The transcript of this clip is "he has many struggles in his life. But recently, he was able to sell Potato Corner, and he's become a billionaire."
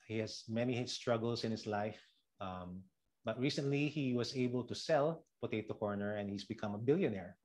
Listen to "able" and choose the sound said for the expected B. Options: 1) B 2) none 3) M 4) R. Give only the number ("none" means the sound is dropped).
1